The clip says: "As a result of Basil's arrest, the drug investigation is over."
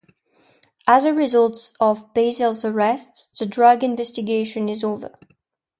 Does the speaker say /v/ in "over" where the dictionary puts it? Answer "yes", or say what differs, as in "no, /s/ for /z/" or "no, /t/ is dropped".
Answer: yes